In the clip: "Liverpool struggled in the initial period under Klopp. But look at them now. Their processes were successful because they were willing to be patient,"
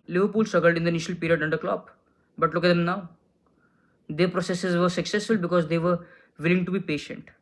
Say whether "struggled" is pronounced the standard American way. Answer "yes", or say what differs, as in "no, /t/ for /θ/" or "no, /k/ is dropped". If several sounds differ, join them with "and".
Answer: no, /ɹ/ is dropped